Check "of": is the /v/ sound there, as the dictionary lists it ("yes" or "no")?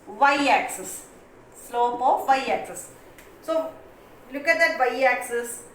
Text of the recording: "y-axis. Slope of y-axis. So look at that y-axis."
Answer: yes